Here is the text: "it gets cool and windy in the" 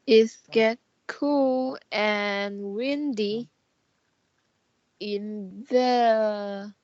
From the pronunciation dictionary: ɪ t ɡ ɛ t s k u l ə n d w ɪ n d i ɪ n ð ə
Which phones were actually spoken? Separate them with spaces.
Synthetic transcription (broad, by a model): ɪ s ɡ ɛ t k u l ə n w ɪ n d i ɪ n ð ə